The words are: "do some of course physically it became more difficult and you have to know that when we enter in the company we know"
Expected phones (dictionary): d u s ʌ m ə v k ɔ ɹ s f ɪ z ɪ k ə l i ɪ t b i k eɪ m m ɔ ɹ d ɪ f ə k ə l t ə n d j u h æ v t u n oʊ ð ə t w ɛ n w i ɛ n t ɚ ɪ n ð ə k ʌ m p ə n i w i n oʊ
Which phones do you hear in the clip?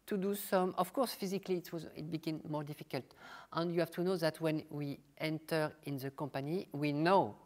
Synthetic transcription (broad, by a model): d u s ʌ m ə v k ɔ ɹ s f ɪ z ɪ k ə w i ɪ t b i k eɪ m m ɔ ɹ d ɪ f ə k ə l t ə n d j u h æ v t u n oʊ ð ə t w ɛ n w i ɛ n t ɚ ɪ n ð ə k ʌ m p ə n i w i n oʊ